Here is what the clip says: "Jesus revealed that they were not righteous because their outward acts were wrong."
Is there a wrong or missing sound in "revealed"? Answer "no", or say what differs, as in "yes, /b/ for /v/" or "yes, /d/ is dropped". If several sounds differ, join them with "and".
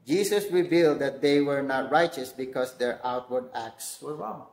no